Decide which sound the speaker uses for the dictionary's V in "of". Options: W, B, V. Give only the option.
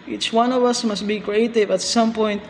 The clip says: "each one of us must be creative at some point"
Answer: V